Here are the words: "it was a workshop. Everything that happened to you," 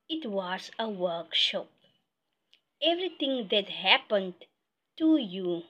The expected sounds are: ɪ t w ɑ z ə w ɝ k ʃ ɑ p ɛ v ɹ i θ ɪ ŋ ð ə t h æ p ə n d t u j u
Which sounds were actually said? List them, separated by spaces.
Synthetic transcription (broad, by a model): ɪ t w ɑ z ə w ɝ k ʃ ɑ p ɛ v ɹ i t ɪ ŋ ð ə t h æ p ə n d t u j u